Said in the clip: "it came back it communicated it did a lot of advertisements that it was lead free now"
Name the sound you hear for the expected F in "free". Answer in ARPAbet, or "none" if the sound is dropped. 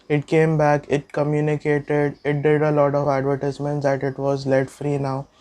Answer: F